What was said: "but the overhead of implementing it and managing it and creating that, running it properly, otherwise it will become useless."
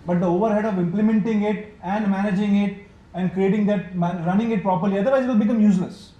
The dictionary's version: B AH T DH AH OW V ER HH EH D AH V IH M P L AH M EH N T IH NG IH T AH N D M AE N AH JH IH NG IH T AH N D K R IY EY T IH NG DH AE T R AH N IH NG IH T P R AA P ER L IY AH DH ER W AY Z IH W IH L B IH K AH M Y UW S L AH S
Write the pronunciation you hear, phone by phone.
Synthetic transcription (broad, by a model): B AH T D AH OW V ER HH EH D AH V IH M P L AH M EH N T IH NG IH T AH N D M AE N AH JH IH NG IH T AH N D K R IY EY T IH NG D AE T R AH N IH NG IH T P R AA P ER L IY AH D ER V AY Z IH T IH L B IH K AH M Y UW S L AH S